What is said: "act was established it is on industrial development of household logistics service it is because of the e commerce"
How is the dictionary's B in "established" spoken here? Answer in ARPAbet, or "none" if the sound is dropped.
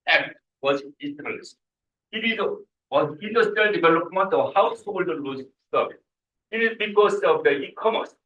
none